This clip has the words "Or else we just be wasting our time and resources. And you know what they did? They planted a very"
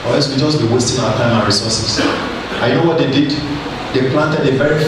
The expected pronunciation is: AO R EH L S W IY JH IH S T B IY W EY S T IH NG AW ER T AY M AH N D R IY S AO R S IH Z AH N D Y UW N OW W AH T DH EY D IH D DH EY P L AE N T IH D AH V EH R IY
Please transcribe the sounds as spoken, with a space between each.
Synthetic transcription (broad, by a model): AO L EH S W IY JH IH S B IY W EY S T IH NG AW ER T AY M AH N R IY S AO S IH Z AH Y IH N OW W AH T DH EY D IH D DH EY P L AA N T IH D AH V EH R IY